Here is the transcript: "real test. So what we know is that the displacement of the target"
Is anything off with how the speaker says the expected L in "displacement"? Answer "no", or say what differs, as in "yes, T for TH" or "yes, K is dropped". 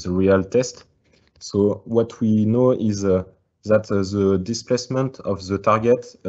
no